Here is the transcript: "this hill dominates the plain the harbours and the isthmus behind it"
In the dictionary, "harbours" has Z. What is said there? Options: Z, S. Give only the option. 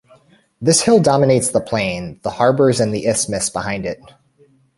Z